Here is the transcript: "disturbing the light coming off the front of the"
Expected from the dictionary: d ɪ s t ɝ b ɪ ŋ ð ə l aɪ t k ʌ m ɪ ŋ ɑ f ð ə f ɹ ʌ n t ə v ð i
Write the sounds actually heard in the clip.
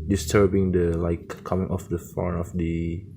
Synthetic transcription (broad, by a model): d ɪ s t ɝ b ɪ ŋ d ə l aɪ k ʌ m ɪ ŋ ɑ f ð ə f ɑ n ə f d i